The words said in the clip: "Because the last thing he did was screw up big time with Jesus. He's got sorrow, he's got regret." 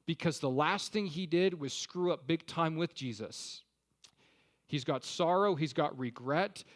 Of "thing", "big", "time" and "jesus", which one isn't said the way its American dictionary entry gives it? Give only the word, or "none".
none